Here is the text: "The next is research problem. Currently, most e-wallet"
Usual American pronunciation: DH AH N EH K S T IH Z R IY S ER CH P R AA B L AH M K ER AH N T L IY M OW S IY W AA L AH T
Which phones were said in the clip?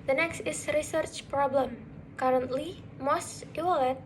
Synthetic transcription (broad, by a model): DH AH N EH K S T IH S R IY S ER CH P R AA B L AH M K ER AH N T L IY M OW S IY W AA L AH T